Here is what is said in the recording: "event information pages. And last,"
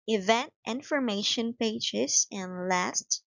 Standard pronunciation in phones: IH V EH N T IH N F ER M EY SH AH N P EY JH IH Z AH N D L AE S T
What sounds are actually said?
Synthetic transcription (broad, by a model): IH V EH N T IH N F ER M EY SH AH N P EY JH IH S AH N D L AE S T